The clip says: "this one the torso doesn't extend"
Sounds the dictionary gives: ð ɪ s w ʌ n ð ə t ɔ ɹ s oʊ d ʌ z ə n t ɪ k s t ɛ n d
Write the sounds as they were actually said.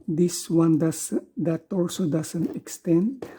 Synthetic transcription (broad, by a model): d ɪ s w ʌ n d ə t ɔ l s oʊ d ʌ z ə n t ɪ k s t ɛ n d